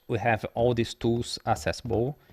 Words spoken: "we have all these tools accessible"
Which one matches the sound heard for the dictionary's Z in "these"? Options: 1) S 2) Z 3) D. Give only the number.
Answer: 1